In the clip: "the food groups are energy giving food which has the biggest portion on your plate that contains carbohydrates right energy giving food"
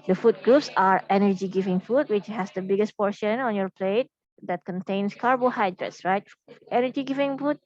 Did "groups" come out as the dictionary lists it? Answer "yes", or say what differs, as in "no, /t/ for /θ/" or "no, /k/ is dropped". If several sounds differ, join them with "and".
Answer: yes